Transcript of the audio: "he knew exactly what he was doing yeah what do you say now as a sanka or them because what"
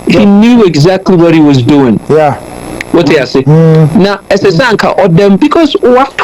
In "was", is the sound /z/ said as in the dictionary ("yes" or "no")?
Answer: yes